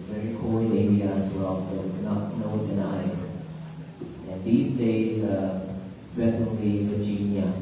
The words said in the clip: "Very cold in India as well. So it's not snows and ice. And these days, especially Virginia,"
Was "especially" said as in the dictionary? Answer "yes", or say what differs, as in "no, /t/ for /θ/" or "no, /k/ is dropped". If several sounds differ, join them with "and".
no, /s/ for /ʃ/